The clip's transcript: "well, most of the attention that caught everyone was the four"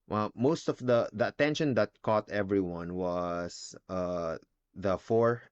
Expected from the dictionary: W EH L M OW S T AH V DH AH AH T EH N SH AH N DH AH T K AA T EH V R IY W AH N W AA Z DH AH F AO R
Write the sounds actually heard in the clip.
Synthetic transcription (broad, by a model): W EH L M OW S T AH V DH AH AH T EH N SH AH N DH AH T K AA T EH V R IY W AH N W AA S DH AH F AO R